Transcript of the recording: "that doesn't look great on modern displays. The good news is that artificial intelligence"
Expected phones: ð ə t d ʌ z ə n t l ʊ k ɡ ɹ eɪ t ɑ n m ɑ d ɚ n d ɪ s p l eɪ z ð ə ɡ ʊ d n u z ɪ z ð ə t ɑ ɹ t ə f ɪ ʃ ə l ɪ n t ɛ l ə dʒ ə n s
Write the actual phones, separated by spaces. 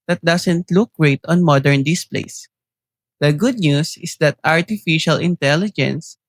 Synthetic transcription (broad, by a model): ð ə t d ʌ s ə n t l ʊ k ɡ ɹ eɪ t ɑ n m ɑ d ɚ n d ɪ s p l eɪ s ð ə ɡ ʊ d n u s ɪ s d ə t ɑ ɹ t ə f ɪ ʃ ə l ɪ n t ɛ l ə dʒ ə n s